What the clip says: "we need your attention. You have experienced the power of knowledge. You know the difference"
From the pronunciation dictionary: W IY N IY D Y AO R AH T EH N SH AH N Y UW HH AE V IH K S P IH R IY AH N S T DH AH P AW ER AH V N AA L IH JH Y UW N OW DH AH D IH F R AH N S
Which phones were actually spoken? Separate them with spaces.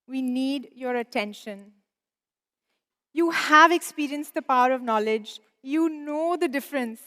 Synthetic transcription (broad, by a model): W IY N IY D Y AO R AH T EH N SH AH N Y UW HH AE V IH K S P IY R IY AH N S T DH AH P AW ER AH V N AA L IH JH Y UW N OW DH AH D IH F R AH N S